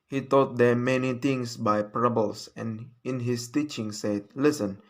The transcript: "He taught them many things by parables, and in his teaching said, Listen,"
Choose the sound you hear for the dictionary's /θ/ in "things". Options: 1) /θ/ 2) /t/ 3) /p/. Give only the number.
2